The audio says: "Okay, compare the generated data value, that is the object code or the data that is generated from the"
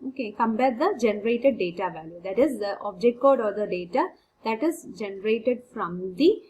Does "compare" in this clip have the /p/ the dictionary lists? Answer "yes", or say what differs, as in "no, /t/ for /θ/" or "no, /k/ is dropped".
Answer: no, /b/ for /p/